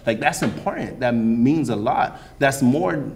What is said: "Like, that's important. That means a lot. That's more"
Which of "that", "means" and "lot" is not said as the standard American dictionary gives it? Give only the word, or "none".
none